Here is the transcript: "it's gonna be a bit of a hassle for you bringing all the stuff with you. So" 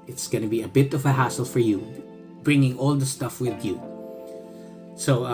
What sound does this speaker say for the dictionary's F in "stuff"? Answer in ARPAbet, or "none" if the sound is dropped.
F